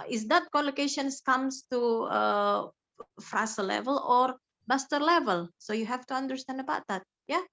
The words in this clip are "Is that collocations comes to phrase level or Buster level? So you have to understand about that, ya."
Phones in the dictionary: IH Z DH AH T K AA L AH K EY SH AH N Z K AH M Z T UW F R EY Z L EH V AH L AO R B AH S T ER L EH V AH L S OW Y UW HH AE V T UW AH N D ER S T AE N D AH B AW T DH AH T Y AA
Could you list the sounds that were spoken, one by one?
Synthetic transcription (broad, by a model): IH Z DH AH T K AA L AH K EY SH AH N S K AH M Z T UW F R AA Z L EH V AH L AO R B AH S T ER L EH V AH L S OW Y UW HH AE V T UW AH N D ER S T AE N D AH B AW T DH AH T Y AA